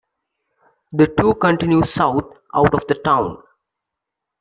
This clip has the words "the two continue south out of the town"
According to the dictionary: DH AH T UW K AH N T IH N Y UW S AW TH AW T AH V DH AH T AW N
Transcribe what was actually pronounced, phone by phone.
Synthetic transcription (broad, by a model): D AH T UW K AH N T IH N Y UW S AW T AW T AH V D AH T AW N